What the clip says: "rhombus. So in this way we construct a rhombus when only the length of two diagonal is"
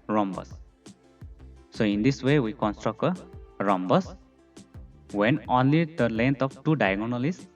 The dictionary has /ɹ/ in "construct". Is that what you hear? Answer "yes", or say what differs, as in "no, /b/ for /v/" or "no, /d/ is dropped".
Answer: yes